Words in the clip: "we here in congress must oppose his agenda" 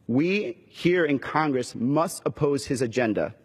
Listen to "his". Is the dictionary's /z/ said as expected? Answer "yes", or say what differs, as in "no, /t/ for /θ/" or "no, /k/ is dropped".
yes